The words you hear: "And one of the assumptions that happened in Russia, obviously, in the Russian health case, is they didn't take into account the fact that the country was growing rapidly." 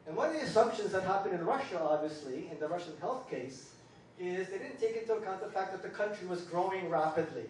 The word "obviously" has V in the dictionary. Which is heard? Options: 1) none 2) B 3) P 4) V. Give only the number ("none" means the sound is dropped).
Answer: 4